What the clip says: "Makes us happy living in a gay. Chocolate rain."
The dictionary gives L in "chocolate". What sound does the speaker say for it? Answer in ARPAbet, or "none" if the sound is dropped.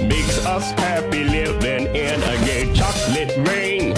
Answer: L